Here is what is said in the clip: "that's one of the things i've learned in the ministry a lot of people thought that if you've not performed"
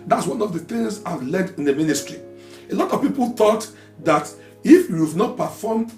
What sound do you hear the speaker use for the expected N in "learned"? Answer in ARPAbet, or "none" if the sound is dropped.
none